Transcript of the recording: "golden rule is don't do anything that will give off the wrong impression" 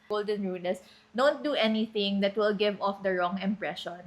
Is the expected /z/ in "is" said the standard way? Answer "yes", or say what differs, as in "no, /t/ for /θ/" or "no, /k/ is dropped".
no, /s/ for /z/